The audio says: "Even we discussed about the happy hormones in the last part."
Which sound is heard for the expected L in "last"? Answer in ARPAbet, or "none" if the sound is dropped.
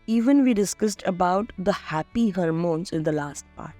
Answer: L